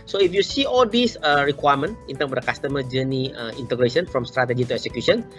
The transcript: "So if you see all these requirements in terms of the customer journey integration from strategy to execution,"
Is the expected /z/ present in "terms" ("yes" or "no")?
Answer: no